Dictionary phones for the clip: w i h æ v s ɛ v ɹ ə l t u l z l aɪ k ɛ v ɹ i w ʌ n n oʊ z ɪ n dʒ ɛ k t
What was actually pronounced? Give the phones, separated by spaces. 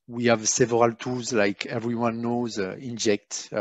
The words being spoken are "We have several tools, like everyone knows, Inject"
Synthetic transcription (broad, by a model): w i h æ v s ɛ v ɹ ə l t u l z l aɪ k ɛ v ɹ i w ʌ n n oʊ z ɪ n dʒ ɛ k t